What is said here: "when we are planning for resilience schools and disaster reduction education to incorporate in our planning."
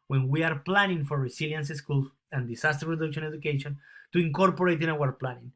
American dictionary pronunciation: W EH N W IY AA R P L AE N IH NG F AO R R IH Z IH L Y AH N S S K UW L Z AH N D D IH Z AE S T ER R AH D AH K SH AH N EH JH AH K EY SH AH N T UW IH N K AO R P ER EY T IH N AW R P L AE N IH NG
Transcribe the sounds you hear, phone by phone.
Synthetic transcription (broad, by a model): W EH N W IY AA R P L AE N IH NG F AO R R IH S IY L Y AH N S S K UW L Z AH N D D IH S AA S T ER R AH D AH K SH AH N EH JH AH K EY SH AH N T UW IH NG K AO R P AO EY T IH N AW R P L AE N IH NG